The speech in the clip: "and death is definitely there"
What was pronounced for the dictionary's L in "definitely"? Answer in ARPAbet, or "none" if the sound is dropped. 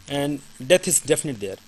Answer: none